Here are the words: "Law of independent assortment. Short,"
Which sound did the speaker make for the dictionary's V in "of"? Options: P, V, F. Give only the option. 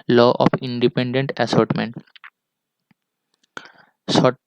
P